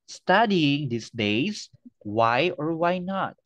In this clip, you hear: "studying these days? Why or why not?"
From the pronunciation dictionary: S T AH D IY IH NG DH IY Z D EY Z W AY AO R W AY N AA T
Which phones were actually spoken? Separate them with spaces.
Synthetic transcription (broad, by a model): S T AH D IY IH NG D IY S D EY S W AY AO R W AY N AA T